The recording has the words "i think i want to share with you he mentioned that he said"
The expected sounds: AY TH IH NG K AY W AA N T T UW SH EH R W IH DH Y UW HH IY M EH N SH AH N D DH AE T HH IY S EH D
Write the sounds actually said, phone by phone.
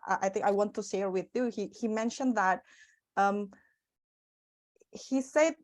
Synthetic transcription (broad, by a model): AY TH IH NG K AY W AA N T T UW S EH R W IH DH Y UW HH IY M EH N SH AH N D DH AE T HH IY S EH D